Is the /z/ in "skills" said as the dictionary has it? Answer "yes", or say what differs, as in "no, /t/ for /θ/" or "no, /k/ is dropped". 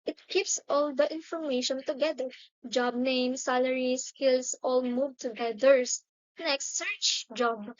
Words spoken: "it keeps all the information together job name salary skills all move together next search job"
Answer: no, /s/ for /z/